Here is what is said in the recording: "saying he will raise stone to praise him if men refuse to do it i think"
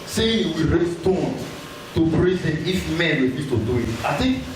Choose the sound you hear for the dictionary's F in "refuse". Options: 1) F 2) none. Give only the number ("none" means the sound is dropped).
2